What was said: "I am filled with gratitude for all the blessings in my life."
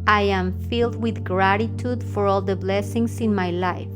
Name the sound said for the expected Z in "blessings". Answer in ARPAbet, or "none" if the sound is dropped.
S